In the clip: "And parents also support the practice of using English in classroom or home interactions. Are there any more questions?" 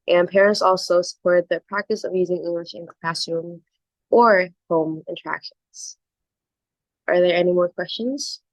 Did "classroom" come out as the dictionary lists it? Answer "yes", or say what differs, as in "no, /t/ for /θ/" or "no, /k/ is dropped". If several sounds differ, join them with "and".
no, /ɹ/ is dropped